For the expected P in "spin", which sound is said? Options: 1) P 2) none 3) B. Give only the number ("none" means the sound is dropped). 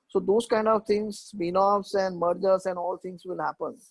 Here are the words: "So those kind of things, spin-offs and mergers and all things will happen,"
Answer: 3